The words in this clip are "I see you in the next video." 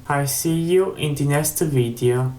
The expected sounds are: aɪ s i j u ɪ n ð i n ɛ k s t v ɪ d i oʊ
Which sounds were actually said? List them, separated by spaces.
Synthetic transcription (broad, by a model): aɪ s i j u ɪ n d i n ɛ s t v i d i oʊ